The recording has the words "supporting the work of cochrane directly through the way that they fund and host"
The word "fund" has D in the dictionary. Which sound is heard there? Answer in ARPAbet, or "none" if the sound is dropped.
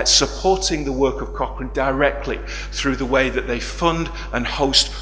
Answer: D